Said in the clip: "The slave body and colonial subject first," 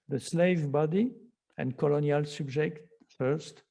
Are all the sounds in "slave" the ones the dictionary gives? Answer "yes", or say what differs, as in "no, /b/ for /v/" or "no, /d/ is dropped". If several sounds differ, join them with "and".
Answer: yes